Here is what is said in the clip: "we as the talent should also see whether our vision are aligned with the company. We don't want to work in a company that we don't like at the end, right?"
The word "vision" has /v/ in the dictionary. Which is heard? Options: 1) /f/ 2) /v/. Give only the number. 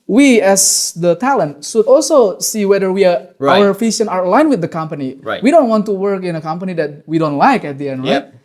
1